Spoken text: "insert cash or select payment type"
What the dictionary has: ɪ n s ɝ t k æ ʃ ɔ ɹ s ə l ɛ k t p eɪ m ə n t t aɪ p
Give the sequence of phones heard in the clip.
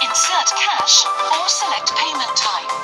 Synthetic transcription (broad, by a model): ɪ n s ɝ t k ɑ ʃ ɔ l s ə l ɛ k t p eɪ m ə n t t aɪ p